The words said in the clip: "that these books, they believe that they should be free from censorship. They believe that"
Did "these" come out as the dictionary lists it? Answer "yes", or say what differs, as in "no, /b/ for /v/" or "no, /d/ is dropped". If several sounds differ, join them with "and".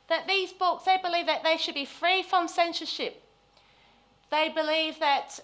yes